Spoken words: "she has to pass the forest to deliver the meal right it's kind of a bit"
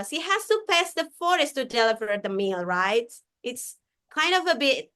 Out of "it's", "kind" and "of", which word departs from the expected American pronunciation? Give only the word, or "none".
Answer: none